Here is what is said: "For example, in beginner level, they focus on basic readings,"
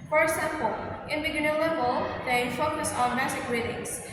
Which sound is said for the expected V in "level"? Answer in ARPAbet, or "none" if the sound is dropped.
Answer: B